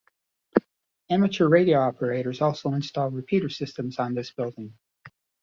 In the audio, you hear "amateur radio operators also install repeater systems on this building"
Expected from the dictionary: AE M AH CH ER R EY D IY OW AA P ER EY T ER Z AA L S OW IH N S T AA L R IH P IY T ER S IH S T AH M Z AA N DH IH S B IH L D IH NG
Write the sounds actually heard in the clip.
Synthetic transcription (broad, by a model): AE M AH CH ER R EY D IY OW AA P ER EY T ER Z AA L S OW IH N S T AA L R IH P IY T ER S IH S T AH M Z N DH IH S B IH L D IH NG